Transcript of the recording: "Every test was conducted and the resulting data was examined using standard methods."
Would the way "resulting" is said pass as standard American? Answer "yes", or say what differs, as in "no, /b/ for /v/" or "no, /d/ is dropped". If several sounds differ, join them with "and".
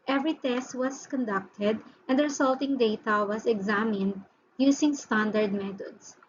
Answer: no, /s/ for /z/